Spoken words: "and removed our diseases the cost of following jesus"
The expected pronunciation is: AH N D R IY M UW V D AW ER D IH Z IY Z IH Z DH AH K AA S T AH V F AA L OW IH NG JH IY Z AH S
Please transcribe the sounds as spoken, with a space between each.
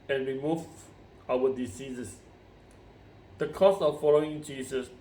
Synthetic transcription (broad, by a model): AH N R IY M UW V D AW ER D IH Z IY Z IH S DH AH K AA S AH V F AA L OW IH NG JH IY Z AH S